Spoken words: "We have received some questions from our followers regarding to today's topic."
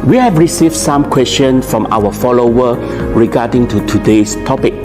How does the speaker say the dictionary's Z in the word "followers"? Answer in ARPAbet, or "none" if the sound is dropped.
none